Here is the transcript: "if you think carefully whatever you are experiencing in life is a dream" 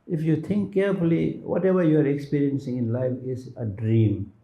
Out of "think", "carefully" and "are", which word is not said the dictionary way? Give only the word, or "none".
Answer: think